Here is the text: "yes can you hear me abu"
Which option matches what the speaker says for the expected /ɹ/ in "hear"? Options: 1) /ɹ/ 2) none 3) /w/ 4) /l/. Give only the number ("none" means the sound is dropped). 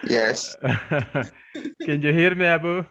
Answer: 1